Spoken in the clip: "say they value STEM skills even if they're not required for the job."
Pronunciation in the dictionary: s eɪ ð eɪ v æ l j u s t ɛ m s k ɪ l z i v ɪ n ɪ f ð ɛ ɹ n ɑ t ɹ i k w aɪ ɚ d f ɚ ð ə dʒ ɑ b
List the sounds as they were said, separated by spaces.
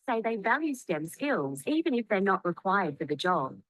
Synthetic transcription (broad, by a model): s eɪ ð eɪ v æ l j u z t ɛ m s k ɪ l z i v ɪ n ɪ f ð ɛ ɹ n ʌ t ɹ i k w aɪ ɚ d f ɚ ð ə dʒ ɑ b